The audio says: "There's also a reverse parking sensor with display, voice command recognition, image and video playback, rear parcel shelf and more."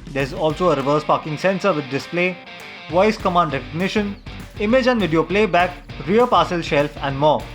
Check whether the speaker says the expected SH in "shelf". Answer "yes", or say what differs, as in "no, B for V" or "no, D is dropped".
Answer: yes